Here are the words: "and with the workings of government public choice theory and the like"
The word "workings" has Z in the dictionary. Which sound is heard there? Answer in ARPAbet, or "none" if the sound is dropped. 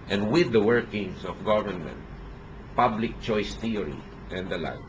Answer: S